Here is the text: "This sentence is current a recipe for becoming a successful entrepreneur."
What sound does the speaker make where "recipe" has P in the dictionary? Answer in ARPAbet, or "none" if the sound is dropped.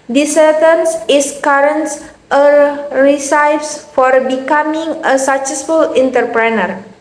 F